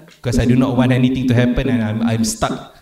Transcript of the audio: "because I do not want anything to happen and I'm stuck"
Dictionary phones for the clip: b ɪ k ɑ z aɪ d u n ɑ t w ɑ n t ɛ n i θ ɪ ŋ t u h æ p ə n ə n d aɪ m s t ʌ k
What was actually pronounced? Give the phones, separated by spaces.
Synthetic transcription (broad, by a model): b k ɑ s aɪ d u n ɑ t w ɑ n ɛ n i t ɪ ŋ t u h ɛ p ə n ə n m aɪ m s t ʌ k